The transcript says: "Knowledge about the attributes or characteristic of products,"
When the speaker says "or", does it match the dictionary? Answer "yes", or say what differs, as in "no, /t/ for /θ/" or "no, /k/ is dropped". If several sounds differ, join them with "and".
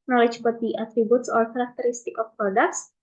no, /l/ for /ɹ/